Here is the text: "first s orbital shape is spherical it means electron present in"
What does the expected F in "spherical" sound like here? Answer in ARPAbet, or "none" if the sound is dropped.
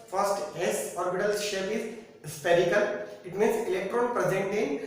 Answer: P